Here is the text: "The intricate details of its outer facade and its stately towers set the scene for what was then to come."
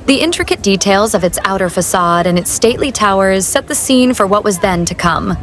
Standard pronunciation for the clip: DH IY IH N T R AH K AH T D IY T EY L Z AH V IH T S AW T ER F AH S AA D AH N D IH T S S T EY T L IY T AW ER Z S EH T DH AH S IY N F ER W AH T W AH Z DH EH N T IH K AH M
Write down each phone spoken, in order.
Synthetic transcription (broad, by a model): DH IY IH N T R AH K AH T D IY T EY L Z AH V IH T S AW T ER F AH S AA D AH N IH T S S T EY T L IY T AW ER Z S EH T DH AH S IY N F ER W AH T W AH Z DH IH N T IH K AH M